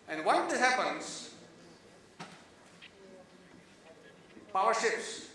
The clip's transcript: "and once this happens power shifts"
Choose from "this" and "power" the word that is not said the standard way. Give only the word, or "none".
this